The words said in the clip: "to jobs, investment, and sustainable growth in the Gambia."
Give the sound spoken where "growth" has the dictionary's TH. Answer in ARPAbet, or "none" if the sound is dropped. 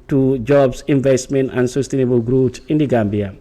S